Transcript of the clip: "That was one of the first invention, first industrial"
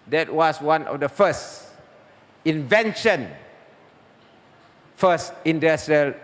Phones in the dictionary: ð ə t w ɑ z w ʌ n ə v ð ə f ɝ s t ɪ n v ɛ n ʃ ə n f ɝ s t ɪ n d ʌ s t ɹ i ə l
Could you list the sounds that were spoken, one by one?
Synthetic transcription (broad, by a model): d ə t w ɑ s w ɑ n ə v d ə f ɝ s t ɪ n v ɛ n ʃ ə n f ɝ s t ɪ n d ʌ s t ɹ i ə l